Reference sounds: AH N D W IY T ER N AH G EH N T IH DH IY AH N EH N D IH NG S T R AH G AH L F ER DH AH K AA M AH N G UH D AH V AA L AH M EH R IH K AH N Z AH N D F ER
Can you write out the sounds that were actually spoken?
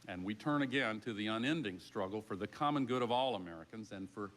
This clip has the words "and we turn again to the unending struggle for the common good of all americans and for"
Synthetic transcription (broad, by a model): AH N W IY T ER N AH G EH N T IH DH IY AH N EH N D IH NG S T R AH G L F ER DH AH K AA M AH N G UH D AH V AA L AH M EH R IH K AH N Z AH N F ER